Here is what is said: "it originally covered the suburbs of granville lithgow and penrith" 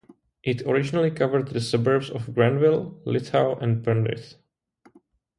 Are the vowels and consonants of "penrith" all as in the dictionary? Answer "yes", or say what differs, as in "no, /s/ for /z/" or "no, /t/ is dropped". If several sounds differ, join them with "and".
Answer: no, /s/ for /θ/